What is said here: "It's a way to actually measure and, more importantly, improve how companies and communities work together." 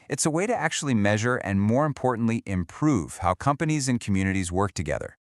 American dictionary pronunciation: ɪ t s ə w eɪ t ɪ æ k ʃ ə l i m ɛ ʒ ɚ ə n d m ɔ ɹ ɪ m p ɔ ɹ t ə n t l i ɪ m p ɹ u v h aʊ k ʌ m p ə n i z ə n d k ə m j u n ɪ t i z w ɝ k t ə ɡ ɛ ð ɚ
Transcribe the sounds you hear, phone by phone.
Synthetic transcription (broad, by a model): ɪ t s ə w eɪ t ɪ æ k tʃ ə l i m ɛ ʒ ɚ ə n m ɔ ɹ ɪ m p ɔ ɹ t n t l i ɪ m p ɹ u v h aʊ k ʌ m p ə n i z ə n k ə m j u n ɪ t i z w ɝ k t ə ɡ ɛ ð ɚ